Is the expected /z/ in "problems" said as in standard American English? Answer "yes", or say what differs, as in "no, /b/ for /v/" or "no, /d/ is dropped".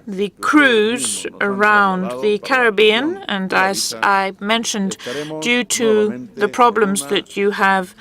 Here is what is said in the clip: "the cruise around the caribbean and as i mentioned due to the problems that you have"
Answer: yes